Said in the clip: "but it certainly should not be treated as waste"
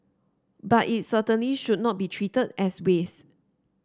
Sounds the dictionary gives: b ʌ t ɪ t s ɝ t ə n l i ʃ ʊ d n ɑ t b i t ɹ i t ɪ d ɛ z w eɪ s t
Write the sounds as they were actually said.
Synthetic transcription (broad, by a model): b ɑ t ɪ t s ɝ t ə n l i ʃ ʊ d n ɑ t b i t ɹ i t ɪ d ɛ s w eɪ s